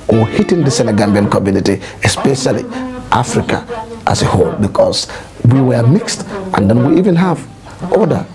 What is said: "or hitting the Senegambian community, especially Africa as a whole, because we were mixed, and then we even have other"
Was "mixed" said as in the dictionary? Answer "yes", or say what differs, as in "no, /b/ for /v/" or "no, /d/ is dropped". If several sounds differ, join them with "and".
yes